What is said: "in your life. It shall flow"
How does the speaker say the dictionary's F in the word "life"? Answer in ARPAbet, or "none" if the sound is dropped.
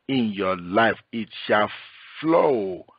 F